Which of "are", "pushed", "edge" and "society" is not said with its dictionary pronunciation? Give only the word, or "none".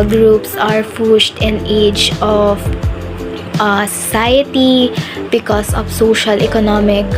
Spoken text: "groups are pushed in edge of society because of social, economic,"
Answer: pushed